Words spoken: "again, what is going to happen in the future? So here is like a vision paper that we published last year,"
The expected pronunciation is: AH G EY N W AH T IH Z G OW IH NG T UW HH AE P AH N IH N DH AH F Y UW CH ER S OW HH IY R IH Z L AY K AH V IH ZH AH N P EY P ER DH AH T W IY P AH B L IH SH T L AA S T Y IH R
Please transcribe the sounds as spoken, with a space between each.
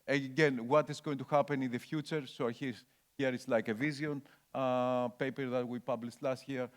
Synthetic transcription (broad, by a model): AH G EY N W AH T IH Z G OW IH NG T UW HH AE P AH N IH N DH AH F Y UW CH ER S OW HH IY R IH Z L AY K AH V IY Z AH N P EY P ER DH AH T W IY P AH B L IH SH T L AA S T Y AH R